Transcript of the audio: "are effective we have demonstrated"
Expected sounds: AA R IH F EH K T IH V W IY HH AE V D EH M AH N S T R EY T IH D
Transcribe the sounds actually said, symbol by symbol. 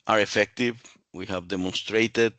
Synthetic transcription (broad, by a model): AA R IH F EH K T IH V W IY HH AE V D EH M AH N S T R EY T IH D